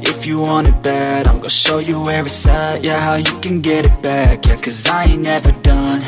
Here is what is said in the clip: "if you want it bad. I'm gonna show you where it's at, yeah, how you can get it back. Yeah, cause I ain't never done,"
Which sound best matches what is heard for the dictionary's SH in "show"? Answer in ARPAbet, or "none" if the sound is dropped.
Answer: SH